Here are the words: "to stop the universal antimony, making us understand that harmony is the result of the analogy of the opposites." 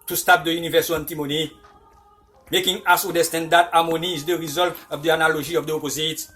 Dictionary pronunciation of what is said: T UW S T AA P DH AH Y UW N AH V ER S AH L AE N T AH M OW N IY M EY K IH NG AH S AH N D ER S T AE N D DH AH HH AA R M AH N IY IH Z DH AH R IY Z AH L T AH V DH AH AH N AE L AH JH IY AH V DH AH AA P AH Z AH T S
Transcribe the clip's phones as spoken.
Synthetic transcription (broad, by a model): T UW S T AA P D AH Y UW N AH V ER S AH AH N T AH M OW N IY M EY K IH NG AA S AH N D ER S T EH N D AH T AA M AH N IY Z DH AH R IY Z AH L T AH V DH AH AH N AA L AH ZH IY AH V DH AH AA P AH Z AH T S